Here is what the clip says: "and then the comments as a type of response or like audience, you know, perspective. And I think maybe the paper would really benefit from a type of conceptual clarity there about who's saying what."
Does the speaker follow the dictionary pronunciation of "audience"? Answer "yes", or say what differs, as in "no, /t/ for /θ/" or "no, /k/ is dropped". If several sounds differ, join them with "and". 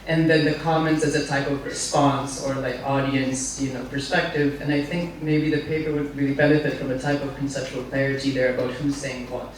yes